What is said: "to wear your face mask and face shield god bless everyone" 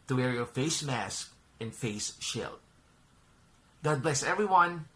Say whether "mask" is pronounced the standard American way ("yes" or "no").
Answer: yes